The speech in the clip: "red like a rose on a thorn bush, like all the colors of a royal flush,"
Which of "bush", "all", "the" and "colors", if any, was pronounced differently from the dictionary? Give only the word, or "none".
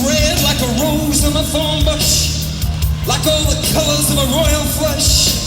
none